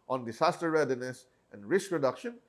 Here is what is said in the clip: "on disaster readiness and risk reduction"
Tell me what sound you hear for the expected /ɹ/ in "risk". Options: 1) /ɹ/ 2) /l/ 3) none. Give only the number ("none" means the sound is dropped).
1